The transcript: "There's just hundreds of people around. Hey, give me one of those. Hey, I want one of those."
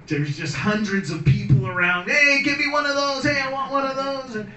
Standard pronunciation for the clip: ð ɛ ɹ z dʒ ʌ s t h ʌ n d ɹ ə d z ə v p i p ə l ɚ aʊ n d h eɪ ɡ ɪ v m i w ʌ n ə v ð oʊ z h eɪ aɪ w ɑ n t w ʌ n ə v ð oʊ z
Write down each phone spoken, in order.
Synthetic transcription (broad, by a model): ð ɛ ɹ z dʒ ʌ s t h ʌ n d ɹ ə d z ə v p i p l ɚ aʊ n d h eɪ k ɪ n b i w ʌ n ə v ð oʊ z h eɪ aɪ w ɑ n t w ʌ n ə v ð oʊ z